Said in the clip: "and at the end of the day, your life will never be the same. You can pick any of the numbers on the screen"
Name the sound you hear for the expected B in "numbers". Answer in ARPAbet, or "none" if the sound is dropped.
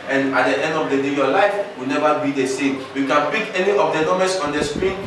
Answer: none